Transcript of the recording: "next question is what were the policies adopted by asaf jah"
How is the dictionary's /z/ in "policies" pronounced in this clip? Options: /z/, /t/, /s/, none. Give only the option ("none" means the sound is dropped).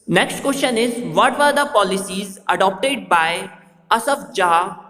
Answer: /z/